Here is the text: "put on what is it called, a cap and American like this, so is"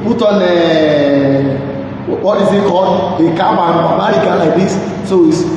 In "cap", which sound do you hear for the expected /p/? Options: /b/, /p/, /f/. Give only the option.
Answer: /b/